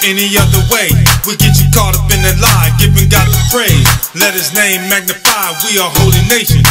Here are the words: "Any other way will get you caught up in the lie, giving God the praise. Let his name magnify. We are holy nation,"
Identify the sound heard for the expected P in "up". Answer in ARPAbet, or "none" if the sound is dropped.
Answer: B